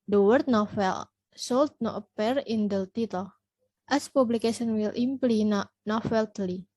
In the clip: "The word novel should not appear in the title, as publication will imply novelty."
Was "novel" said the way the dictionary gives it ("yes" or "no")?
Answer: no